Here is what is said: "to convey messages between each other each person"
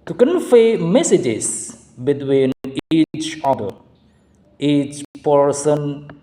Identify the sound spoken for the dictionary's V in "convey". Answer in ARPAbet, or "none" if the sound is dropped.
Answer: F